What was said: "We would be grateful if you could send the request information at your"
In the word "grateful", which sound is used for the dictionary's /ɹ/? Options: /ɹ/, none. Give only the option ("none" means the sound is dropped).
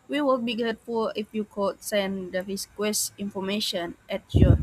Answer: none